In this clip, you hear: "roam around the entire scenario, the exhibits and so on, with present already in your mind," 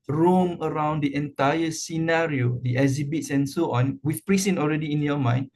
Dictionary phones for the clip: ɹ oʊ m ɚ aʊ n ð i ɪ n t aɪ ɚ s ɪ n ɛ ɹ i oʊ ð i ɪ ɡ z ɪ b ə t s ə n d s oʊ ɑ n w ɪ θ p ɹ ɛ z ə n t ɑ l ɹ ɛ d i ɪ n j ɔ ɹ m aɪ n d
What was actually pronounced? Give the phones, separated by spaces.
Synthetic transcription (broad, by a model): ɹ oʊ m ɚ aʊ n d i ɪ n t aɪ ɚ s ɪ n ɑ ɹ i oʊ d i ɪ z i b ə t s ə n s oʊ ɑ n w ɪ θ p ɹ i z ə n ɑ l ɹ ɛ d i ɪ n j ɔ m aɪ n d